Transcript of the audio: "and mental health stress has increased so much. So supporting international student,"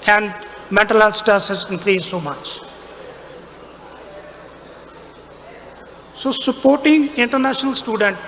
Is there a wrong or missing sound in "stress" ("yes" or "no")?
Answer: yes